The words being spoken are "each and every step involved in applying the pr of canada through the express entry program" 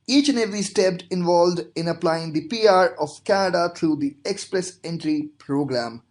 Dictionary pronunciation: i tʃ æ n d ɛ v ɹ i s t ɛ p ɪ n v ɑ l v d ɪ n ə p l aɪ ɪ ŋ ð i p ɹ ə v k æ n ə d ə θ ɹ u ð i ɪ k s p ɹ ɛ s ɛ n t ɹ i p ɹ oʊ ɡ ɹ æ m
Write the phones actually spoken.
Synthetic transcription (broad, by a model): i tʃ n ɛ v i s t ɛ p ɪ n v ɑ l v d ɪ n ə p l aɪ ɪ ŋ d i p ɹ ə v k æ n ə d ə t ɹ u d i ɪ k s p ɹ ɛ s ɛ n t ɹ i p ɹ oʊ ɡ ɹ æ m